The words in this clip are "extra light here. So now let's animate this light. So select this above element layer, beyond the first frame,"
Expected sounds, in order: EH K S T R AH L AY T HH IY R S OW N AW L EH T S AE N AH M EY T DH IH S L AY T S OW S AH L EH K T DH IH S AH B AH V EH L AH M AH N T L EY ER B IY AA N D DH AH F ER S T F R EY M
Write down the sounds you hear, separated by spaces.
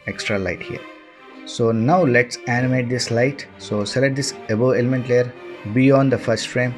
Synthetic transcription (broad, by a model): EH K S T R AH L AY T HH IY R S OW N AW L EH T S AE N AH M EY T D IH S L AY T S OW S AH L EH T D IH S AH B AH EH L AH M AH N T L EY ER B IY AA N D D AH F ER S T F R EY M